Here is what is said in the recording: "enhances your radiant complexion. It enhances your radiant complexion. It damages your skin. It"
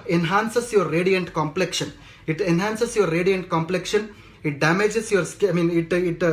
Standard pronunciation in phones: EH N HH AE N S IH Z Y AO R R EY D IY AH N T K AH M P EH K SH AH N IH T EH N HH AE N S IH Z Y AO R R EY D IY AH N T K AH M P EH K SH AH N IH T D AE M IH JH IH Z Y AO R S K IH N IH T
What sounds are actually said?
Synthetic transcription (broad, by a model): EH N HH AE N S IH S Y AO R R EY D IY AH N T K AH M P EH K SH AH N IH T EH N HH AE N S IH S Y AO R R EY D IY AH N T K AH M P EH K SH AH N IH T D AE M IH JH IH S Y AO R S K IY N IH T